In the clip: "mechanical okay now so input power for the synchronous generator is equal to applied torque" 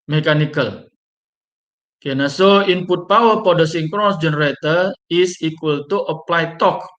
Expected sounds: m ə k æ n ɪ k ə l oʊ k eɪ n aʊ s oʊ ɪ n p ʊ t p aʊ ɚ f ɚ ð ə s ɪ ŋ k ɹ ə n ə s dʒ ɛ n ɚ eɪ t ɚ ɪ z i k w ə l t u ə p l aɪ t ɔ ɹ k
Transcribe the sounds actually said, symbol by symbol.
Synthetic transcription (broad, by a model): m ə k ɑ n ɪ k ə l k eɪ n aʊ s oʊ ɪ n p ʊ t p aʊ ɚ p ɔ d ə s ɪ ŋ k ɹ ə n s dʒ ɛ n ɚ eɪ t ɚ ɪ s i k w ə l t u ə p l aɪ t ɔ k